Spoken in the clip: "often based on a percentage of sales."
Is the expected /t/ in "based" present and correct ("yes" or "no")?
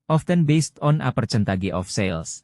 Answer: yes